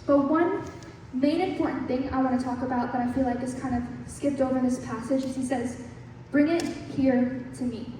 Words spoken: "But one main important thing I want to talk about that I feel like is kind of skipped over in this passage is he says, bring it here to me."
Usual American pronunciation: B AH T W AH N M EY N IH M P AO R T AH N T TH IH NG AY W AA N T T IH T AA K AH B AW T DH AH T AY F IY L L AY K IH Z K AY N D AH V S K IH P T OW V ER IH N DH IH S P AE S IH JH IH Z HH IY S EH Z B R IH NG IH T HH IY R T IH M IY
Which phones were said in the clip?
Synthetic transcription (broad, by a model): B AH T W AH N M EY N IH M P AO R T N TH IH NG AY W AA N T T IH T AA K AH B AW T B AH T AY F IY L L AY K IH S K AY N D AH V S K IH P T OW V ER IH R DH IH S P AE S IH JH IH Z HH IY S EH Z B R IH NG IH T HH IY R T IH M IY